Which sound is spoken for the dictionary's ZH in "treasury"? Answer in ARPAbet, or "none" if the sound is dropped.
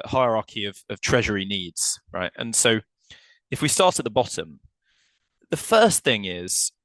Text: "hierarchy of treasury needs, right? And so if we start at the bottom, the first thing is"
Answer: ZH